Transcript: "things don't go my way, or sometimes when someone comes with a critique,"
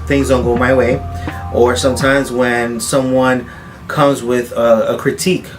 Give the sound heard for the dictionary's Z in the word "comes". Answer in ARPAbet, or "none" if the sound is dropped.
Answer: Z